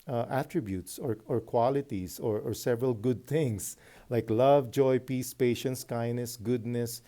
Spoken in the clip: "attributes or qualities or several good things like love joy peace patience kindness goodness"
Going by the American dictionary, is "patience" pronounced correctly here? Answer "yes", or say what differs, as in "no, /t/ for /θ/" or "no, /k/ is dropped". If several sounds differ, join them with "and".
yes